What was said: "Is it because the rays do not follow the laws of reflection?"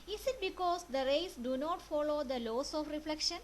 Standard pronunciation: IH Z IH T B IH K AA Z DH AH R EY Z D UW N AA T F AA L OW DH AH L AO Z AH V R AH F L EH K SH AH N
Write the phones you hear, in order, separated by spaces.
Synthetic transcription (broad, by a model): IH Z IH T B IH K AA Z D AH R EY S D UW N AA T F AA L OW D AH L AO S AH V R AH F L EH K SH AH N